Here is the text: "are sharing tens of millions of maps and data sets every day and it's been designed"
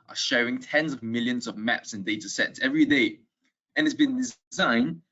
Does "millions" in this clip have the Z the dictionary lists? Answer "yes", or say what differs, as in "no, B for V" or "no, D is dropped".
yes